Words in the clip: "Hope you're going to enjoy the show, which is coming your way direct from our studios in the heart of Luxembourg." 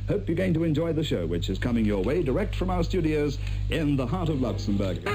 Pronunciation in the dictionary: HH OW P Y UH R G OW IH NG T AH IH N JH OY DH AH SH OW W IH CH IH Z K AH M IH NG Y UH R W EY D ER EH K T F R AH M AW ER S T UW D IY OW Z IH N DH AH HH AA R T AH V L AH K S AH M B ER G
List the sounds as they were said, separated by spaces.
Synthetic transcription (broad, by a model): HH OW P Y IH G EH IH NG T AH IH N JH OY DH AH SH OW W IH CH IH Z K AH M IH NG Y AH R W EY D ER EH K T F R AH M AW ER S T UW D IY OW Z IH N DH AH HH AA R T AH V L AH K S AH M B ER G